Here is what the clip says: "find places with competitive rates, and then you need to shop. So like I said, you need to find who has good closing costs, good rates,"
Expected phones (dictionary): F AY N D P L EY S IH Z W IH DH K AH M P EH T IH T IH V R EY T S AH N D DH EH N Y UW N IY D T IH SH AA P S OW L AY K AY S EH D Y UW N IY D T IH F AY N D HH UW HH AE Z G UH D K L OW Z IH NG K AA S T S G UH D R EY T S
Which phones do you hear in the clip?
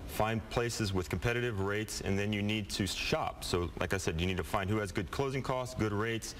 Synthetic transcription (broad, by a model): F AY N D P L EY S IH Z W IH DH K M P EH T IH T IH V R EY T S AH N DH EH N Y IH N IY D T IH SH AA P S OW L AY K AY S EH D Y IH N IY D T IH F AY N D HH UW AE Z G UH D K L OW Z IH NG K AA S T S G UH D R EY T S